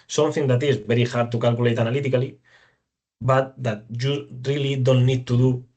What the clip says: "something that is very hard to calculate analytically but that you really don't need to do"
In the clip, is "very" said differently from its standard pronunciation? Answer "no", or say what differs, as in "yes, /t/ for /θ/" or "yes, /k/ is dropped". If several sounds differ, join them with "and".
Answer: yes, /b/ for /v/